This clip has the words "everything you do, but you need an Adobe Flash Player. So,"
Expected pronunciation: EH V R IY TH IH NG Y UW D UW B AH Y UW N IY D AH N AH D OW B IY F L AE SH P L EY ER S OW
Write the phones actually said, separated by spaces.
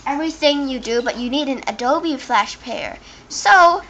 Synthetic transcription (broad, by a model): EH V R IY TH IH NG Y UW D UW B AH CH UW N IY D AH N AH D OW B IY F L AE SH P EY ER S OW